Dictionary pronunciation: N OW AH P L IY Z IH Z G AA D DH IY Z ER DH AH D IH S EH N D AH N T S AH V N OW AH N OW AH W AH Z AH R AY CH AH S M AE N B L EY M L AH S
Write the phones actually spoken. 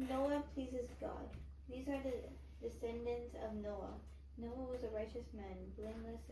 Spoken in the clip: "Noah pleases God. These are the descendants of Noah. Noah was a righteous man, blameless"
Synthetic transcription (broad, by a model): N OW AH P L IY Z IH Z G AA D DH IY Z ER DH AH D IH S EH N D AH N T S AH V N OW AH N OW AH W AH Z AH R AY CH AH S M AE N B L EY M L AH S